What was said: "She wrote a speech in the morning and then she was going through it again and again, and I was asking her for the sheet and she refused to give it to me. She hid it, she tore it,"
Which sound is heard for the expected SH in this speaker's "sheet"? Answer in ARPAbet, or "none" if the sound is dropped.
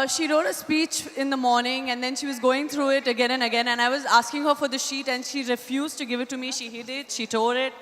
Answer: SH